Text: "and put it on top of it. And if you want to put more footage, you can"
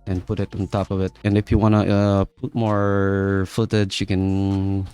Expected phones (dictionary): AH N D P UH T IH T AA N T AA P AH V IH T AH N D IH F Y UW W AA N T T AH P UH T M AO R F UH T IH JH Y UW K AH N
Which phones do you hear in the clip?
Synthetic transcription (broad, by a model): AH N P UH T IH T N T AA P AH V IH T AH N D IH F Y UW W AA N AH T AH P UH T M AO R F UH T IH Z Y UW K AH N